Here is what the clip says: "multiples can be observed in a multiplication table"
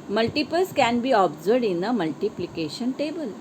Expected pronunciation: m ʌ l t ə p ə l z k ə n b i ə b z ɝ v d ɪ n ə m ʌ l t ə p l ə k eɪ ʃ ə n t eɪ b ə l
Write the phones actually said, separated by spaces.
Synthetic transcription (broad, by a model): m ʌ l t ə p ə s k ə n b i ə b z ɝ d ɪ n ə m ʌ l t ə p l ə k eɪ ʃ ə n t eɪ b ə l